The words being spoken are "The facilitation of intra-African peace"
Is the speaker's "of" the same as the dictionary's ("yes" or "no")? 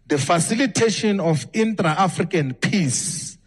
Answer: no